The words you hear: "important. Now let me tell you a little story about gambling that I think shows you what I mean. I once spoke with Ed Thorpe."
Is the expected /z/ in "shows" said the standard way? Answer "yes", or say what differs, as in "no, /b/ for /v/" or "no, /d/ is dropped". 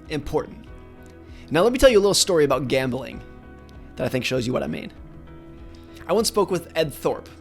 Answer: yes